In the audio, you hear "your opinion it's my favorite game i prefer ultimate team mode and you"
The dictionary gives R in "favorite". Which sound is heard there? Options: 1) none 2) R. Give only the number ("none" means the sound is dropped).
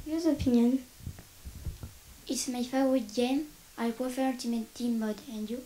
1